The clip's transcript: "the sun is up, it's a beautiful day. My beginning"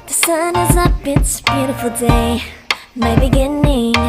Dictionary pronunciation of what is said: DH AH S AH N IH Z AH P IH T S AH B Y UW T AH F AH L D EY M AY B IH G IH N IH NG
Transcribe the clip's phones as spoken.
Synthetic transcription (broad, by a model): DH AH S AH N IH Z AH B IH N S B Y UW T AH F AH L D EY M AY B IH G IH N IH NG